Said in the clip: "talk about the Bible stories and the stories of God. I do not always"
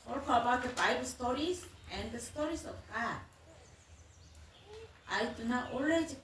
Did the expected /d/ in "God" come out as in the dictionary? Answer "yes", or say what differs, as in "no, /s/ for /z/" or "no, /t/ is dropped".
no, /d/ is dropped